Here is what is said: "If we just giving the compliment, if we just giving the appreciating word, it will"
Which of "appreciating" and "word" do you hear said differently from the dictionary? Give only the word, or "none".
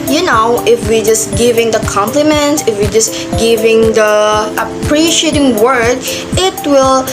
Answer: none